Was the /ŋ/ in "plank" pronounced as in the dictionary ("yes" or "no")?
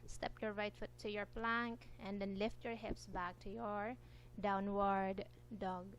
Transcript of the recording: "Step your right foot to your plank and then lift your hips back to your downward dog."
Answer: yes